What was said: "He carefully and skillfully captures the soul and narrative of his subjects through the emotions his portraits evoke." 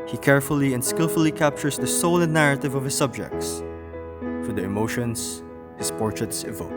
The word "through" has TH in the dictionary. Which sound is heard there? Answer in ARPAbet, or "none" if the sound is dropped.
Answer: F